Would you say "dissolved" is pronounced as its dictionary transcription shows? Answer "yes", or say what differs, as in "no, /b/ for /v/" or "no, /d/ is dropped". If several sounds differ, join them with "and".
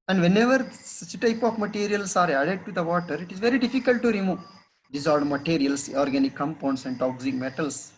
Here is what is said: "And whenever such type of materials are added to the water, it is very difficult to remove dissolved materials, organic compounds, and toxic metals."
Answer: no, /v/ is dropped